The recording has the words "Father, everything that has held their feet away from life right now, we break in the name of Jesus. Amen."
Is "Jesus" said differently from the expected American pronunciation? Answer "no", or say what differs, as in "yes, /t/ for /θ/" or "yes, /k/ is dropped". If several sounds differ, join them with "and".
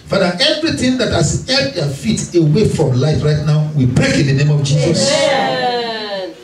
no